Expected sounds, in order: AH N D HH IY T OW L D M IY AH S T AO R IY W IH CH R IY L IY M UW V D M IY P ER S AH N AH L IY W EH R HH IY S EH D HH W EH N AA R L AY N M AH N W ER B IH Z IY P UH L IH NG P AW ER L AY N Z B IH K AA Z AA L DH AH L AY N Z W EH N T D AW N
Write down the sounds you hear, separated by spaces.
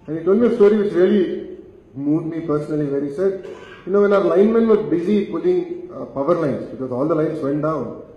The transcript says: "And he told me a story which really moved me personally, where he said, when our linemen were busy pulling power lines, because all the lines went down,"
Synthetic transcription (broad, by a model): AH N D HH IY T OW L D M IY AH S T AO R IY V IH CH R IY L IY M UW D M IY P ER S AH N AH L IY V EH R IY S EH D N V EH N AA R L AY N M AH N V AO B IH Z IY P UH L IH NG P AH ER L AY N S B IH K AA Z AA L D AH L AY N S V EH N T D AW N